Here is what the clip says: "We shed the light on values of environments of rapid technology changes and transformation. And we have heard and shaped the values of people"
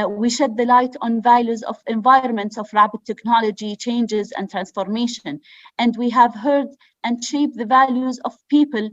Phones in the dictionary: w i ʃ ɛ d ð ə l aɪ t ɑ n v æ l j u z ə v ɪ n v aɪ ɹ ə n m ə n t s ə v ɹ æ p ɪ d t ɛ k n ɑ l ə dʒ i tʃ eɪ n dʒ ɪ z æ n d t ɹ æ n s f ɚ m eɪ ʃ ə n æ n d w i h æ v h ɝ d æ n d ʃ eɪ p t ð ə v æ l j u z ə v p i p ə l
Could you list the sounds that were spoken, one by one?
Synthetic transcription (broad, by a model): w i ʃ ɛ d ð ə l aɪ t ɑ n v æ l j u z ə v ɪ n v aɪ ɹ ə n m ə n t s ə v ɹ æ b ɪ t ɛ k n ɑ l ə dʒ i tʃ eɪ n dʒ ɪ z æ n d t ɹ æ n s f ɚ m eɪ ʃ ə n æ n d w i h æ v h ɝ d æ n d ʃ eɪ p ð ə v æ l j u z ə v p i p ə l